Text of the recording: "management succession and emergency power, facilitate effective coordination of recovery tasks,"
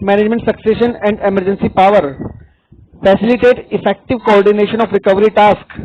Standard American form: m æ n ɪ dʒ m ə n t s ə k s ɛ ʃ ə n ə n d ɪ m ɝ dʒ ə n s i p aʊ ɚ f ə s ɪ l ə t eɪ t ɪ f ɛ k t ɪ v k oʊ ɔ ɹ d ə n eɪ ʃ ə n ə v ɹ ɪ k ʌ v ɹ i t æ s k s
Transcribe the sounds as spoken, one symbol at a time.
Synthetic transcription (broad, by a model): m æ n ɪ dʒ m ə n t s ə k s ɛ ʃ ə n ə n d ɪ m ɝ dʒ ə n s i p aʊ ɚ f ə s ɪ l ə t eɪ t ɪ f ɛ k t ɪ v k oʊ ɔ ɹ d ə n eɪ ʃ ə n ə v ɹ ɪ k ʌ v ɹ i t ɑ s k